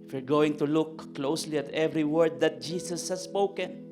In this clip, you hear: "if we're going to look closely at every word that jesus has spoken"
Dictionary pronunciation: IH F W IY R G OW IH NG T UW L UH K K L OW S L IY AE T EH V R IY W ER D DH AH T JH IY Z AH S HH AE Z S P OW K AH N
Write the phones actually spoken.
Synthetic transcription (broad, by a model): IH F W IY R G OW IH NG T UW L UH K K L OW S L IY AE T EH V R IY W ER D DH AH T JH IY S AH S HH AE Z S P OW K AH N